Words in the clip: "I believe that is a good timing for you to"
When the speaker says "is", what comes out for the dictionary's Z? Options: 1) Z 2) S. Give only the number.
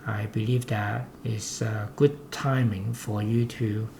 2